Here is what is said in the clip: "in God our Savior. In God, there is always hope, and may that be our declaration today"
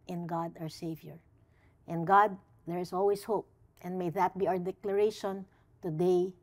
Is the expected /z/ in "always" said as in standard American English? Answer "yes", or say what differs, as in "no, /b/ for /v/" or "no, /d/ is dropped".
no, /s/ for /z/